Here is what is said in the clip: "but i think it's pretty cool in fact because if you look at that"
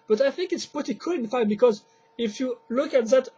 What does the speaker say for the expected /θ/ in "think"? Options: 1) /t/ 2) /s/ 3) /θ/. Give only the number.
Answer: 3